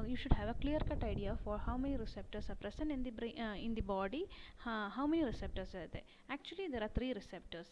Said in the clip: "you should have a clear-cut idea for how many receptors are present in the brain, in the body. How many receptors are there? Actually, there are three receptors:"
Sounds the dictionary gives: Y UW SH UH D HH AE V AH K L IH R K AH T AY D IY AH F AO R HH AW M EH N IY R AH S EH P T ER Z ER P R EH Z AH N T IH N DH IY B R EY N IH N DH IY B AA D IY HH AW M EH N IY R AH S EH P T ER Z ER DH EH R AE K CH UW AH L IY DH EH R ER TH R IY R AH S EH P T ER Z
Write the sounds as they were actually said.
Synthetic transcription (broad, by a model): Y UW SH UH D HH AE V AH K L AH R K AH T AY D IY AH F AO R HH AW M EH N IY R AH S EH P T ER S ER P R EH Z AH N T IH N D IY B R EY IH N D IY B AA D IY HH AW M EH N IY R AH S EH P T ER S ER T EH AE K CH UW AH L IY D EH R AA T R IY R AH S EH P T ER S